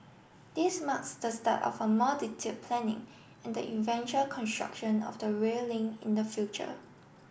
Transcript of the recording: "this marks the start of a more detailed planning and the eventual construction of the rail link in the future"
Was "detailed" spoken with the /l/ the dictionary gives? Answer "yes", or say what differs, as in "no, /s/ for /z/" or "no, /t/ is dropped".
no, /l/ is dropped